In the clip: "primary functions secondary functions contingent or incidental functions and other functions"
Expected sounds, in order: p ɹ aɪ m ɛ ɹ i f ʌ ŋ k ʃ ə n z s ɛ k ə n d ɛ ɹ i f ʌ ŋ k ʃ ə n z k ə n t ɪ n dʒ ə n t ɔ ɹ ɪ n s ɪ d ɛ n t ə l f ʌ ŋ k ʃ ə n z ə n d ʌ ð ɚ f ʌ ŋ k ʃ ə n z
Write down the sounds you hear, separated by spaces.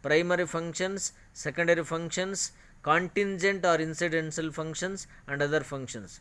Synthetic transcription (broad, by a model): p ɹ aɪ m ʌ ɹ i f ʌ ŋ k ʃ ə n s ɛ k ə n d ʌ ɹ i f ʌ ŋ k ʃ ə n s k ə n t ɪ n dʒ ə n t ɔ ɹ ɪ n s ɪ d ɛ n s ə l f ʌ ŋ k ʃ ə n s ə n d ʌ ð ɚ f ʌ ŋ k ʃ ə n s